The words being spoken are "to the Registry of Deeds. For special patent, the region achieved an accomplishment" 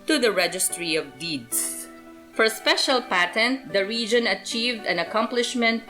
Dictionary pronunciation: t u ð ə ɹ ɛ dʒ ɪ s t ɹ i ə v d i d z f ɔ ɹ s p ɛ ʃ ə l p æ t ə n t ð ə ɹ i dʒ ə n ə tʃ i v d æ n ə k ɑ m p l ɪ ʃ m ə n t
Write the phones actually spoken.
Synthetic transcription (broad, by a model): t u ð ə ɹ ɛ dʒ ɪ s t ɹ i ə v d i d s f ɔ ɹ s p ɛ ʃ ə l p æ t ə n t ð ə ɹ i dʒ ə n ə tʃ i v d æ n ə k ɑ m p l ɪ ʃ m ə n t